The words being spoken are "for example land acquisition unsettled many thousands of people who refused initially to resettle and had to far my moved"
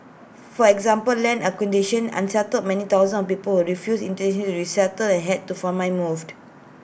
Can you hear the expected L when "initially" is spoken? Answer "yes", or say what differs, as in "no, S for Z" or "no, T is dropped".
no, N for L